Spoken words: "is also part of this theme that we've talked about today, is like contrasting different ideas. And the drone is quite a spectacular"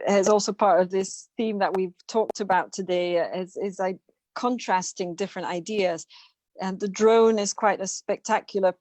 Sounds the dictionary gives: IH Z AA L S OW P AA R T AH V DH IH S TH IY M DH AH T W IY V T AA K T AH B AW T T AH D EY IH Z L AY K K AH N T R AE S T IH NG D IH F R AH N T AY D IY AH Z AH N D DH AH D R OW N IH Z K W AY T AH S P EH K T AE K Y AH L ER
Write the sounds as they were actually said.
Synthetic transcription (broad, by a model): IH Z AA L S OW P AA R T AH V DH IH S TH IY M DH AH T W IY V T AA K T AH B AW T T AH D EY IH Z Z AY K K AH N T R AE S T IH NG D IH F R AH N T AY D IY AH Z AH N DH AH D R OW N IH Z K W AY T AH S P EH K T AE K Y L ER